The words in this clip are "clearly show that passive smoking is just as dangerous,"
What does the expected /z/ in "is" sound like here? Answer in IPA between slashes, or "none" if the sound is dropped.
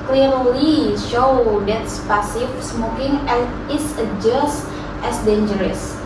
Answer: /s/